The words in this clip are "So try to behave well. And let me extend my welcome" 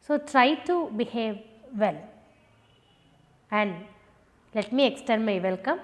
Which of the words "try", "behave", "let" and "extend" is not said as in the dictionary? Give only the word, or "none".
extend